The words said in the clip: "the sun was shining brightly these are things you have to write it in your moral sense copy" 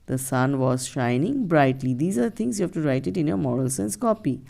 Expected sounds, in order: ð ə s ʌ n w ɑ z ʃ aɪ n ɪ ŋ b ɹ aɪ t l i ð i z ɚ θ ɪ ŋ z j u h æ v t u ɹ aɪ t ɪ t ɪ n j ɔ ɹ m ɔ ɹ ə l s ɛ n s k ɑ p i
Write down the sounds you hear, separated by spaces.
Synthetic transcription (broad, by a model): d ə s ʌ n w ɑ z ʃ aɪ n ɪ ŋ b ɹ aɪ t l i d i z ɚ t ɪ ŋ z j u h æ v t u ɹ aɪ t ɪ t ɪ n j ɔ ɹ m ɔ ɹ ə l s ɛ n s k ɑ p i